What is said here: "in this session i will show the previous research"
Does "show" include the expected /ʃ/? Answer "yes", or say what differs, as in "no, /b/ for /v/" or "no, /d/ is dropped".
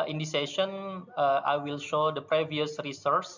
yes